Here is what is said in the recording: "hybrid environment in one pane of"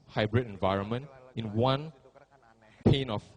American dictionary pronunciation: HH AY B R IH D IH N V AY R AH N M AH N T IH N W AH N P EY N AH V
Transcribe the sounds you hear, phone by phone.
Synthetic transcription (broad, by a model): HH AY B R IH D IH N V AY R AH N M AH N T IH N W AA N P EY N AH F